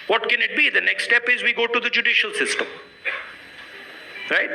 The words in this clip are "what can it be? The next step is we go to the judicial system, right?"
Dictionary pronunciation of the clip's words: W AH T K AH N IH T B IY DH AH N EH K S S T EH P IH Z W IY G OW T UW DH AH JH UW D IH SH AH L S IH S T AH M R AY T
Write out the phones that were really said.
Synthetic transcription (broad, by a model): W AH T K AH N IH T B IY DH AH N EH K S S T EH P IH Z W IY G OW T UW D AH JH UW D IH SH AH L S IH S T AH M R AY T